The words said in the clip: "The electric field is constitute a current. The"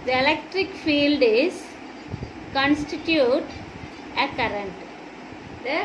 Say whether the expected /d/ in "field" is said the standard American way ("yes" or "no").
yes